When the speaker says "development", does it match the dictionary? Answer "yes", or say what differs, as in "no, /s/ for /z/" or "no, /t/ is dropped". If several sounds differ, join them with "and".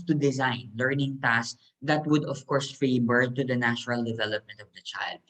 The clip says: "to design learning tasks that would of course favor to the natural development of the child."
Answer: yes